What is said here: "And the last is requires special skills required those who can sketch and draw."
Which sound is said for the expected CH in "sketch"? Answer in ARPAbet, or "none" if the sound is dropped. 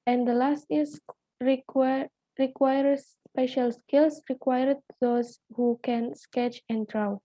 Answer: CH